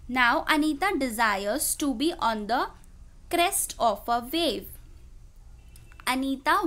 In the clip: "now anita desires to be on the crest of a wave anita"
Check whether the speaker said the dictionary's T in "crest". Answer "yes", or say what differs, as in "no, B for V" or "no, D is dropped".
yes